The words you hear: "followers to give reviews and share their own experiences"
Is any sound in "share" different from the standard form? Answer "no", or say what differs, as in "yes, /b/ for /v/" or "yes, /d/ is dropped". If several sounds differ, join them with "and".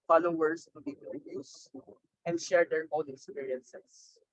no